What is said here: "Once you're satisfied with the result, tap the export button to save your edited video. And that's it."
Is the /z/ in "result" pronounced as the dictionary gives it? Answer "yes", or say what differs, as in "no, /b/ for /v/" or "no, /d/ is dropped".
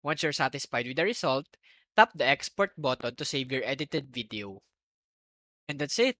no, /s/ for /z/